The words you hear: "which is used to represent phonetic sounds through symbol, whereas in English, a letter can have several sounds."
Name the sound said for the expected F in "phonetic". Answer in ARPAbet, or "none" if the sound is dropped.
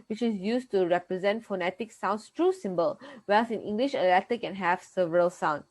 F